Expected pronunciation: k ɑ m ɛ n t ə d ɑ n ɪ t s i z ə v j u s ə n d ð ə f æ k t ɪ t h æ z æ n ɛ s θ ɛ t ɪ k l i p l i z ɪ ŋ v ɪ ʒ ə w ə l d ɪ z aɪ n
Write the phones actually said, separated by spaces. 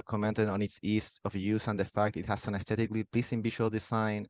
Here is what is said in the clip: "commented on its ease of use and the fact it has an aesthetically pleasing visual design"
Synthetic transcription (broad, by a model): k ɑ m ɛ n t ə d ɑ n ɪ t s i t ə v j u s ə n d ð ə f æ k t ɪ t h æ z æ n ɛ s t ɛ t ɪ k l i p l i s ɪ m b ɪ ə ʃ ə l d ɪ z aɪ n